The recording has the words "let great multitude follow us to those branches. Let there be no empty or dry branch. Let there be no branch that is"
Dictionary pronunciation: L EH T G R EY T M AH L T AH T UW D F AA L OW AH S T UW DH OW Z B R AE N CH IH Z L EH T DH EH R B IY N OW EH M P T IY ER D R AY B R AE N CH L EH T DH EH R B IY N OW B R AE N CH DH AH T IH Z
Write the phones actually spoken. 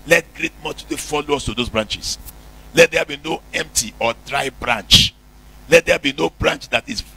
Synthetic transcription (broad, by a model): L EH T G R EY T M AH T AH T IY F AA L OW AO S T UW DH OW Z B R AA N CH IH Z L EH T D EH B IY N OW EH M P T IY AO D R AY B R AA N CH L EH T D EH B IY N OW B R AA N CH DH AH T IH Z